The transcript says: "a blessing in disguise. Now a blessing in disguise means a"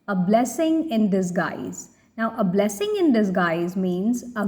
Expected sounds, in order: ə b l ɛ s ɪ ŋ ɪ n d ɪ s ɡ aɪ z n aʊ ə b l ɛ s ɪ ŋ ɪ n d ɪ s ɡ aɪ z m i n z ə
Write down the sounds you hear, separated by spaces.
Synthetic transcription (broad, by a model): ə b l ɛ s ɪ ŋ ɪ n d ɪ s ɡ aɪ z n aʊ ə b l ɛ s ɪ ŋ ɪ n d ɪ s ɡ aɪ z m i n z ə